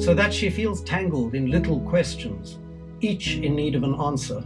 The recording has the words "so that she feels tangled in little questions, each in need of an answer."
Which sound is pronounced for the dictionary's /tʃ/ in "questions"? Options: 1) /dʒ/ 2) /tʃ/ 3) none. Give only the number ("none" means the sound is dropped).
2